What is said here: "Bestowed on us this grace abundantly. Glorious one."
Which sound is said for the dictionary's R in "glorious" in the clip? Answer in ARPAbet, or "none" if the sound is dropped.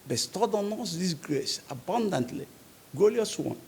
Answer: L